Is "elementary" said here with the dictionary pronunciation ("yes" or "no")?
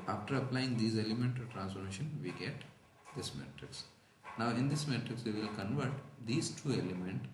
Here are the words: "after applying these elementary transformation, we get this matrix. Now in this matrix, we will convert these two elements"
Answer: no